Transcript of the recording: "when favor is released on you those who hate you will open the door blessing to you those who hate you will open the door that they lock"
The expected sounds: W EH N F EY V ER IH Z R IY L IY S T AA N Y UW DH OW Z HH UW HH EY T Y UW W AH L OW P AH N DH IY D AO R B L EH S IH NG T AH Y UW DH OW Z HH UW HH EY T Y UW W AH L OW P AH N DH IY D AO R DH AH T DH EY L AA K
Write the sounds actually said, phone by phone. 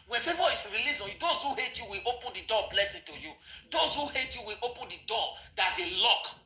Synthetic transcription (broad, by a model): W EH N F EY V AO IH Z R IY L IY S AA N Y UW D OW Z HH UW HH EY T Y UW W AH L OW P AH N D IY D AO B L EH S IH T AH Y UW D OW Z HH UW HH EY T Y UW W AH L OW P AH N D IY D AO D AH T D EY L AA K